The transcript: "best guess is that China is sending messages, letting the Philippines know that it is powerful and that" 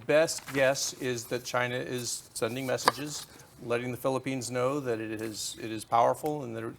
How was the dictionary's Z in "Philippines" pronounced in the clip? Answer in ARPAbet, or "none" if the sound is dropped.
Z